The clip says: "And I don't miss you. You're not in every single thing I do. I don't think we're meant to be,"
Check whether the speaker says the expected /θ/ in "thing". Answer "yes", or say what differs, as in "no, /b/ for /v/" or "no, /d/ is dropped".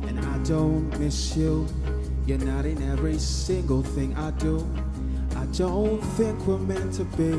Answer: yes